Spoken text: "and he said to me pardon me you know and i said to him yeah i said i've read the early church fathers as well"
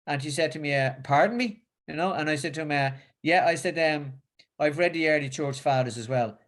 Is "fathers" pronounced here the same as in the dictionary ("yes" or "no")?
yes